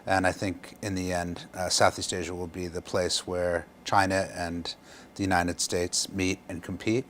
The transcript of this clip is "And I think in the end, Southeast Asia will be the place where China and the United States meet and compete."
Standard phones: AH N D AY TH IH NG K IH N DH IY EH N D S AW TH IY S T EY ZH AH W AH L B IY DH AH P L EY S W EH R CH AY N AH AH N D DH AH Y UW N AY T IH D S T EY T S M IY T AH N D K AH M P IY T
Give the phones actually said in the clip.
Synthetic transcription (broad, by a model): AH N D AY TH IH NG K IH N DH IY EH N D S AW TH IY S T EY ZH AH W AH L B IY DH AH P L EY S W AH R CH AY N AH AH N DH AH Y UW N AY T IH D S T EY T S M IY T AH N K M P IY T